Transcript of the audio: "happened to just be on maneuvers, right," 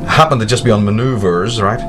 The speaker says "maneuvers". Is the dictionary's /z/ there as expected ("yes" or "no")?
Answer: yes